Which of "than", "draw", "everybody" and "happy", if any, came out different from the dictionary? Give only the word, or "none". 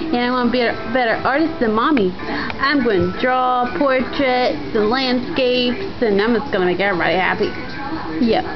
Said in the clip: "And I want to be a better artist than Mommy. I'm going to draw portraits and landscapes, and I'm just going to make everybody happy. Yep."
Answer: everybody